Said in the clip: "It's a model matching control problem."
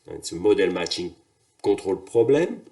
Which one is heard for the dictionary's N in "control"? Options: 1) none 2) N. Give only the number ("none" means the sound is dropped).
1